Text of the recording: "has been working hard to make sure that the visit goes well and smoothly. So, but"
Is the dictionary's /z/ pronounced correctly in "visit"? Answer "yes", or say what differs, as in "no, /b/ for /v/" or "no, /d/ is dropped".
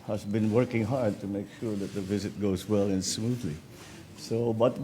yes